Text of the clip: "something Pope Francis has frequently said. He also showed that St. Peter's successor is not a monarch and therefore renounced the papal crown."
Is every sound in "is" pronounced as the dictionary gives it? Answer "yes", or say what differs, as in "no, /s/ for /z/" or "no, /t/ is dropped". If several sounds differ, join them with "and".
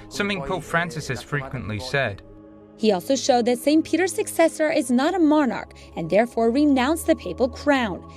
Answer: yes